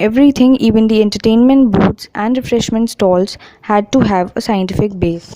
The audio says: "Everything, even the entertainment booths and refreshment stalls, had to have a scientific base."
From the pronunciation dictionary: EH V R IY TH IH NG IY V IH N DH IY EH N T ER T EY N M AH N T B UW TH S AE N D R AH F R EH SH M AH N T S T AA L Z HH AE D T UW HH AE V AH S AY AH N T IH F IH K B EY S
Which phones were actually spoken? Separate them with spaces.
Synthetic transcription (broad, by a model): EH V R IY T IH NG IY V IH N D IY EH N T ER T EY N M AH N T B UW T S AE N D R AH F R EH SH M AH N T S T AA L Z HH AE D T UW HH AE V AH S AY AH N T IH F IH K B EY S